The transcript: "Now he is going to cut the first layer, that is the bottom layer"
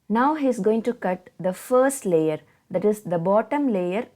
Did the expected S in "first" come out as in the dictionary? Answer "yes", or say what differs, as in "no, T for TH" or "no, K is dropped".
yes